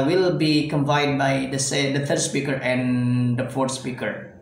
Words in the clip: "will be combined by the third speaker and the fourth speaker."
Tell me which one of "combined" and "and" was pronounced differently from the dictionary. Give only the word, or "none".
combined